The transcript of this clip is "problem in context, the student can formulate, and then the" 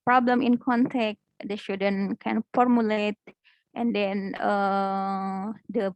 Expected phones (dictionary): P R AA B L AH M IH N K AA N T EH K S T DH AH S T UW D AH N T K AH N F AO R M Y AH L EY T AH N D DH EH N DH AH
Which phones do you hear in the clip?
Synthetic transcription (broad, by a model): P R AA B L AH M IH N K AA N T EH K T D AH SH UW D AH N K AH N F AO R M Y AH L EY T AH N D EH N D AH